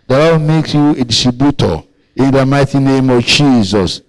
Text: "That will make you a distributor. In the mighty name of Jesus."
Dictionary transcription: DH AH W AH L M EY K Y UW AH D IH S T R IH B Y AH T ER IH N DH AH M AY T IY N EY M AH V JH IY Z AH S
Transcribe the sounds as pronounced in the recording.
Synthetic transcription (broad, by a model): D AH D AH W M EY K Y UW AH D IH S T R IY B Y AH T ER IH N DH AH M AY T IY N EY M AH V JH IY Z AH S